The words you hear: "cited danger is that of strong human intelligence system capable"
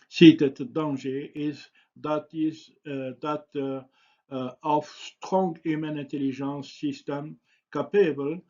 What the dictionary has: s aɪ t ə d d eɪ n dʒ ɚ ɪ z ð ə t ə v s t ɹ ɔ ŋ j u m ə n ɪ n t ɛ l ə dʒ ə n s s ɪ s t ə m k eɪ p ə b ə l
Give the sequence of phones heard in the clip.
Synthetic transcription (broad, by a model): s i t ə d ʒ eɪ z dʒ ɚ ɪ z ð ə t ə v s t ɹ ɔ ŋ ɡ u m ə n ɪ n t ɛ l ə ʒ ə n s s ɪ s t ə m k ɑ p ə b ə l